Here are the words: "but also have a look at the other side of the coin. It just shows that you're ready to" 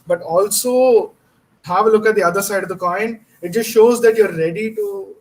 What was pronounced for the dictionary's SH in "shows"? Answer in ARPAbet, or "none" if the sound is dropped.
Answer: SH